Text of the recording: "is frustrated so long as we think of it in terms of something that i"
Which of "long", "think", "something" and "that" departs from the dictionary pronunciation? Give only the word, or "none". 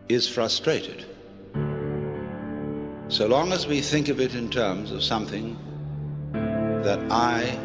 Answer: none